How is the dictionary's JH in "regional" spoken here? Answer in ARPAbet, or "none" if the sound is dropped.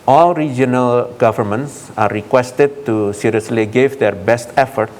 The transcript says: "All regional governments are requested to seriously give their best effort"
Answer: JH